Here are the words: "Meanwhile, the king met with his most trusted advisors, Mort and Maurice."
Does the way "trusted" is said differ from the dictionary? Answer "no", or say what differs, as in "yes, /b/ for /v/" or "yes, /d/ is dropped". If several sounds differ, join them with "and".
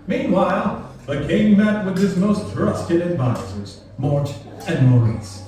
no